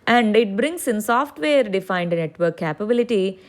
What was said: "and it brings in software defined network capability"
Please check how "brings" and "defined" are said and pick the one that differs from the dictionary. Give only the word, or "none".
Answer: brings